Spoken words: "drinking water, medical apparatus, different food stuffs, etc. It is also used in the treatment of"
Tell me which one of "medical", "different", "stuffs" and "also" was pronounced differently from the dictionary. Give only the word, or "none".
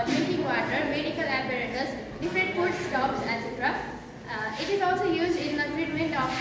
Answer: stuffs